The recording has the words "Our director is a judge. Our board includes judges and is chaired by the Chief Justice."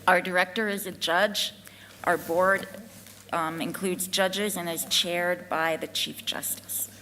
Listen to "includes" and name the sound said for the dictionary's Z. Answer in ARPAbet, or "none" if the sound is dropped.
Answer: Z